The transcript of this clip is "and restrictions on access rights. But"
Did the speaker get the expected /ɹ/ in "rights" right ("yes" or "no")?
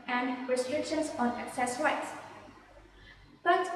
no